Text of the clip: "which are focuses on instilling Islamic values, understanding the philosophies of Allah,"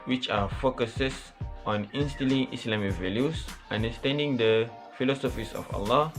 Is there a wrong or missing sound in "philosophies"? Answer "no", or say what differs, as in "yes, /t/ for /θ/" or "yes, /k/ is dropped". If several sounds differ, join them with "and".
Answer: yes, /s/ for /z/